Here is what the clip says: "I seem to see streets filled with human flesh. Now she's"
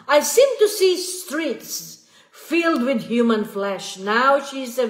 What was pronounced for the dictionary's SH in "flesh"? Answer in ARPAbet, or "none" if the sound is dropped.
SH